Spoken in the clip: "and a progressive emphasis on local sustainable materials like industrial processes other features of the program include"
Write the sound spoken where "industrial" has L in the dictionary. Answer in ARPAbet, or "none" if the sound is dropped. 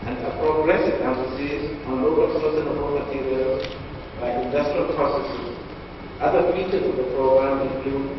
L